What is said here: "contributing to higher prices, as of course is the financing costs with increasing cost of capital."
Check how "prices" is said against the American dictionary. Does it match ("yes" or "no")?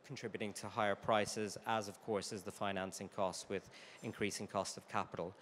yes